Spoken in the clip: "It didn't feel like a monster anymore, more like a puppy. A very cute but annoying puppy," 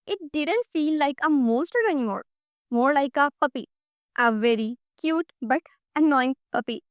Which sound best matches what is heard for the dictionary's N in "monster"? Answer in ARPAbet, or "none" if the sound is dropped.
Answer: none